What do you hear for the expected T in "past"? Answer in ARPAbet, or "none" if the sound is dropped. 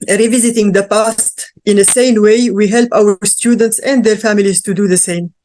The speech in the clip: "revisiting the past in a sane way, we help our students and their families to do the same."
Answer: T